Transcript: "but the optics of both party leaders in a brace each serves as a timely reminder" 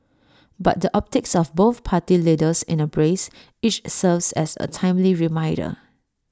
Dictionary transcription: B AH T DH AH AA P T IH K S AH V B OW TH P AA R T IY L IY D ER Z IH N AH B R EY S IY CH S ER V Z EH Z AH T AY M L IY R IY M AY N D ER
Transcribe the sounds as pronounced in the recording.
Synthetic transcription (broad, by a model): B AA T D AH AA P T IH K S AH F B OW TH P AA T IY L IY D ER S IH N AH B R EY S IY CH S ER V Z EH S AH T AY M L IY R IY M AY D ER